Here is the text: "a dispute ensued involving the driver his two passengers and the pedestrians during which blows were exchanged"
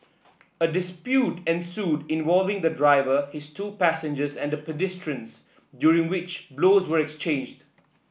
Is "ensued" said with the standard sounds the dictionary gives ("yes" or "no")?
yes